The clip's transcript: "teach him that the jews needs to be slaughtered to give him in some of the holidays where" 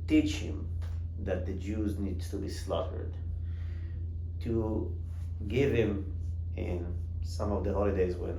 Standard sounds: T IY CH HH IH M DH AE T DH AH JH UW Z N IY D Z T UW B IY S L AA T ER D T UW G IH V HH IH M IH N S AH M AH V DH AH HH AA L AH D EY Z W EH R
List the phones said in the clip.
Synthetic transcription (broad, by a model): T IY CH HH IH M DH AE T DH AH JH UW Z N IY D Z T UW B IY S L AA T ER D T UW G IH V HH IH M IH N S AH M AH V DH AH HH AA L AH D EY Z W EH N